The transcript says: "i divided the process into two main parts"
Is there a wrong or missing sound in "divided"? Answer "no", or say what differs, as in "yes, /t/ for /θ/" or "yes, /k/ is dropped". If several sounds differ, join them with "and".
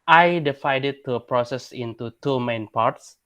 yes, /f/ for /v/